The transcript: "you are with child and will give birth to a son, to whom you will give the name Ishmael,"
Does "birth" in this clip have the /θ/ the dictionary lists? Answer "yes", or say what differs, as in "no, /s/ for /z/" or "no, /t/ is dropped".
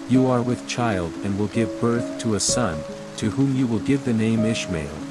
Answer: yes